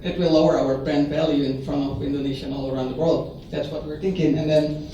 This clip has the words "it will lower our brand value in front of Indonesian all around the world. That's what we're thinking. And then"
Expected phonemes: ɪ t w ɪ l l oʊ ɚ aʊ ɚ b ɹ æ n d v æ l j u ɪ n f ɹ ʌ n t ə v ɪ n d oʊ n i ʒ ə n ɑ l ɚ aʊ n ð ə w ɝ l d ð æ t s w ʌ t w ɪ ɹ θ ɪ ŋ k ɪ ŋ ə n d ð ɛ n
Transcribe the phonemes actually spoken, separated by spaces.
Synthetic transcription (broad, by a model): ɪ t w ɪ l l oʊ ɚ aʊ ɚ b ɹ æ n d v æ l j u ɪ n f ɹ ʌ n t ə v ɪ n d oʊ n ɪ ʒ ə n ɑ l ɚ aʊ n ð ə w ɝ l d ð æ t s w ʌ t w ɪ ɹ θ ɪ ŋ k ɪ ŋ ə n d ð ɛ n